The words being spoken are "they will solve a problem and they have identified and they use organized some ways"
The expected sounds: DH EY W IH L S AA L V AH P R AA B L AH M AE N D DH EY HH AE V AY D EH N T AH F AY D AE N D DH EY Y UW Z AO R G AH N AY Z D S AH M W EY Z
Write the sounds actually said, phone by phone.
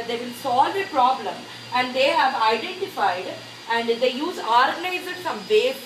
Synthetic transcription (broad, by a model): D EY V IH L S AA L V AH P R AA B L AH M AE N D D EY HH AE V AY D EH N T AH F AY D AE N D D EY Y UW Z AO R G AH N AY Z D S AH M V EY